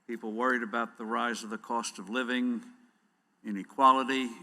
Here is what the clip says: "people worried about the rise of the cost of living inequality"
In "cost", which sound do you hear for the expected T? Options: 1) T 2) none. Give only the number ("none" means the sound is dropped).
1